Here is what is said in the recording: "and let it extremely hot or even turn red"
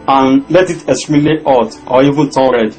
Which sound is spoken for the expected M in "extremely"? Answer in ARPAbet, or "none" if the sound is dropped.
none